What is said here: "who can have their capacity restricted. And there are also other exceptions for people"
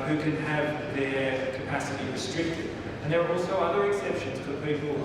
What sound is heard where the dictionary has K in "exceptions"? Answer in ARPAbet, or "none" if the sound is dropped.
K